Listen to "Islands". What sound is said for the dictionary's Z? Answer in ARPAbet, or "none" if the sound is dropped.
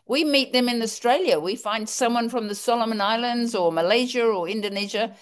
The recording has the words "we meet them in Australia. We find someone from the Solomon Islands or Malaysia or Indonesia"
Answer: Z